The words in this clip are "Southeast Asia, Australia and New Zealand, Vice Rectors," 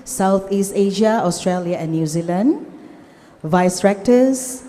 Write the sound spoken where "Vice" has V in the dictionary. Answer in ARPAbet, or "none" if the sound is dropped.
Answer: V